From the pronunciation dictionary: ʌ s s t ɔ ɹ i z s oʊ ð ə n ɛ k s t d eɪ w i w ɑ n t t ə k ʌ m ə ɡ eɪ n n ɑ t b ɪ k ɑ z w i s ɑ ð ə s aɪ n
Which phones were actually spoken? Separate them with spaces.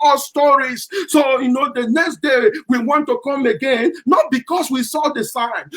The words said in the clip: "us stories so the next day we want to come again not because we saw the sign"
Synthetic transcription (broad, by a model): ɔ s s t ɔ ɹ i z s oʊ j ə n ɛ k s t d eɪ w i w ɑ n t t ə k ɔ m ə ɡ eɪ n n ɑ t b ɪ k ɑ s w i s ɑ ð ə s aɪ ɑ